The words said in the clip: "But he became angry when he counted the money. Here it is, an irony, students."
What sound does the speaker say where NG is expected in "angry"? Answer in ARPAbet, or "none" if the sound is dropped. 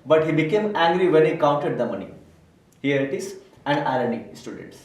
NG